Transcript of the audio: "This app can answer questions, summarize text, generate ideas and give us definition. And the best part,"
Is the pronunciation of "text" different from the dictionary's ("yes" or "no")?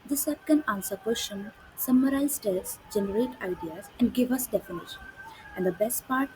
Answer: yes